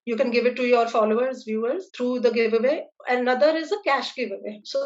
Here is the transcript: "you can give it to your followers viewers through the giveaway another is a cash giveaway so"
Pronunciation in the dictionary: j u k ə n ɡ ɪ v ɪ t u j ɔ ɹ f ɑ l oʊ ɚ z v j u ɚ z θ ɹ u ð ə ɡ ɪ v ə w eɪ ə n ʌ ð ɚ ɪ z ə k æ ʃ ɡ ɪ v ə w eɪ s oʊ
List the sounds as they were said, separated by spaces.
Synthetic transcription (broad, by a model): j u k ə n ɡ ɪ v ɪ t u j ɔ ɹ f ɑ l oʊ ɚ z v j u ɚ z t ɹ u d ə ɡ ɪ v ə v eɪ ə n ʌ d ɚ ɪ z ə k æ ʃ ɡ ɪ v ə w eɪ s oʊ